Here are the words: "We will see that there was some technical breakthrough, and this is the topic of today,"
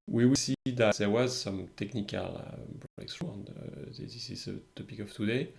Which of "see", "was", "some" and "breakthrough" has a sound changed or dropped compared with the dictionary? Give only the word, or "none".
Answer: breakthrough